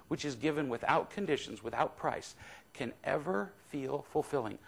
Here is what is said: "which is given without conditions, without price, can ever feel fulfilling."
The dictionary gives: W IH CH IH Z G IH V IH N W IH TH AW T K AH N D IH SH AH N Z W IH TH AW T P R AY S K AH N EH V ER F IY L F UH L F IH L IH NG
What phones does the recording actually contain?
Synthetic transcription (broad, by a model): W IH CH IH Z G IH V IH N W IH TH AW T K AH N D IH SH AH N Z W IH TH AW T P R AY S K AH N EH V ER F IY L F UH L F IH L IH NG